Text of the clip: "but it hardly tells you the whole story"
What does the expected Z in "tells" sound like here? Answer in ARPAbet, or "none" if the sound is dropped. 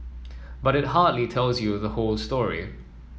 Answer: Z